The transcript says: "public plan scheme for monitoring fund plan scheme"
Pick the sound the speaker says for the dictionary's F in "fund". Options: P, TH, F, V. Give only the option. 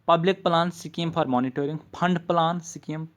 P